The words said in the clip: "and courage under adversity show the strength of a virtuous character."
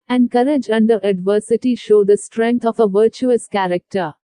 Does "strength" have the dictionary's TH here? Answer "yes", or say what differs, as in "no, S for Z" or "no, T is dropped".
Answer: no, T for TH